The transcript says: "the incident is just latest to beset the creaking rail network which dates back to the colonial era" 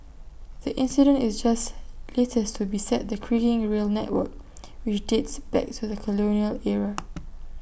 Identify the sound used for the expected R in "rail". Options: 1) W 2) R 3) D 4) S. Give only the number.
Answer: 2